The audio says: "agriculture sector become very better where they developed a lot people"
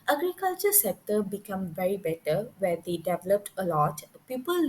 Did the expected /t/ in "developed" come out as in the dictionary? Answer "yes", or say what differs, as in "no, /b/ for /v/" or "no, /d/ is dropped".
yes